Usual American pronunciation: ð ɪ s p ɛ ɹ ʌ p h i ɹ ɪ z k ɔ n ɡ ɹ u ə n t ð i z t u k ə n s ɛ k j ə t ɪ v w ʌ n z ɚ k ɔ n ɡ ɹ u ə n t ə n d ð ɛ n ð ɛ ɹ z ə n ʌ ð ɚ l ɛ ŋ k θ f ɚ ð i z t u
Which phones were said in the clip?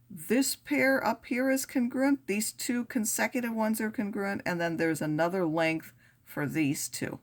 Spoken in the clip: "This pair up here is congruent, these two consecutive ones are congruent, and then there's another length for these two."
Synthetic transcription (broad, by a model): ð ɪ s p ɛ ɹ ʌ p h i ɹ ɪ z k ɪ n ɡ ɹ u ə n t ð i z t u k ə n s ɛ k j ə t ɪ v w ʌ n z ɚ k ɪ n ɡ ɹ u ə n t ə n ð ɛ n ð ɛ ɹ z ə n ʌ ð ɚ l ɛ ŋ k θ f ɚ ð i z t u